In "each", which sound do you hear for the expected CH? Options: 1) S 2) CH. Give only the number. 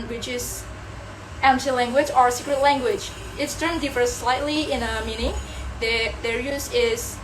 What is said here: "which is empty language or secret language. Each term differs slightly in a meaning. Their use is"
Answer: 1